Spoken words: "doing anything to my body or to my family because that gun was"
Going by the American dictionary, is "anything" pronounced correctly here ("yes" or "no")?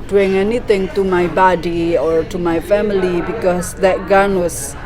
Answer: no